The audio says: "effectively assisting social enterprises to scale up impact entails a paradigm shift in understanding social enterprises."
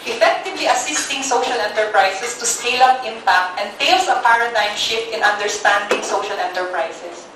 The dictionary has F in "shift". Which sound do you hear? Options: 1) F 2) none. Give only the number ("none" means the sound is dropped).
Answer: 1